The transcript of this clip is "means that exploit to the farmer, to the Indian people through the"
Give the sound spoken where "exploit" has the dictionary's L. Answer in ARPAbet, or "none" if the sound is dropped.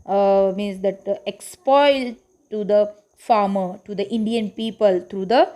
none